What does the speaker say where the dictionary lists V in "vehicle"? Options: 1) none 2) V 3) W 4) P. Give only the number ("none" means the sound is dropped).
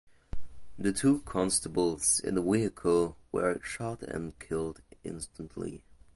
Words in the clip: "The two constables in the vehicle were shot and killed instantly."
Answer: 3